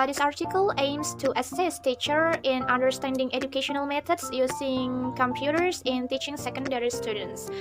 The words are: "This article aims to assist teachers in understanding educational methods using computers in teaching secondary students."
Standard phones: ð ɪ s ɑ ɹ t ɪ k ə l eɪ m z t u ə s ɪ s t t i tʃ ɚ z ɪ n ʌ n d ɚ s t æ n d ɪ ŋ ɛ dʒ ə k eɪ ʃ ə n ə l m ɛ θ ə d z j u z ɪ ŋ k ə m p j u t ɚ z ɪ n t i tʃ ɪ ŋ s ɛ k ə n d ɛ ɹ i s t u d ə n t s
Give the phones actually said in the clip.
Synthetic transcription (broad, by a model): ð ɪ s ɑ ɹ t ɪ k ə l eɪ m s t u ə s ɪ s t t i tʃ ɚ ɪ n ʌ n d ɚ s t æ n d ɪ ŋ ɛ dʒ ə k eɪ ʃ ə n ə l m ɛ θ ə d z j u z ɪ ŋ k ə m p j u t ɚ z ɪ n t i tʃ ɪ ŋ s ɛ k ə n d ɛ ɹ i s t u d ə n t s